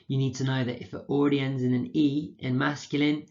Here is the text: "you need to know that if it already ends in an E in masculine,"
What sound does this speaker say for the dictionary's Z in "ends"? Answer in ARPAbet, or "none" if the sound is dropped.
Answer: Z